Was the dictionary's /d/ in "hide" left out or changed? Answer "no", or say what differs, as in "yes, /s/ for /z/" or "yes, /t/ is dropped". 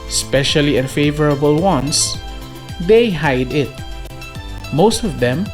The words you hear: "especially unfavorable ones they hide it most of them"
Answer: no